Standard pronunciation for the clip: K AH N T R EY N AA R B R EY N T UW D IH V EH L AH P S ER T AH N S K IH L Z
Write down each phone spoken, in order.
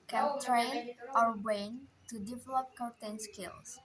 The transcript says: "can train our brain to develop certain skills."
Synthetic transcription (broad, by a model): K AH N T R EY N AA R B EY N T UW D IH V EH L AH P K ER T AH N S K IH L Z